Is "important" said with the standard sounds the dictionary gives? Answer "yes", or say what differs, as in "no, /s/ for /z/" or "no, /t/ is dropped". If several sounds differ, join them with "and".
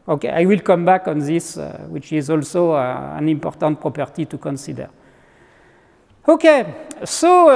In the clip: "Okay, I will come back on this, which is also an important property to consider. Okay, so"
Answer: yes